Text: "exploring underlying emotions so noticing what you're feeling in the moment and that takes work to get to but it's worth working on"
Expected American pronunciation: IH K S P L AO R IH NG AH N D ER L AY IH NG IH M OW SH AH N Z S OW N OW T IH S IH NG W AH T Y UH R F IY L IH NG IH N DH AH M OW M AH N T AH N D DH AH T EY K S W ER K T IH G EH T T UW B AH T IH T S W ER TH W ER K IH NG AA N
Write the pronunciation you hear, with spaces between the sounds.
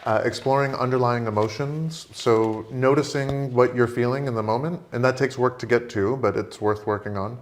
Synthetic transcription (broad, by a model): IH K S P L AO R IH NG AH N D ER L AY IH NG IH M OW SH AH N Z S OW N OW T IH S IH NG W AH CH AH R F IY L IH NG IH N DH AH M OW M AH N T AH N DH AH T EY K S W ER K T IH G EH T T UW B AH T IH T S W ER TH W ER K IH NG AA N